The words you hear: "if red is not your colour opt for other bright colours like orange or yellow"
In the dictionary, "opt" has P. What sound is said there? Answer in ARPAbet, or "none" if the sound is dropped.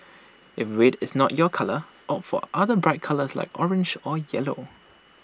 none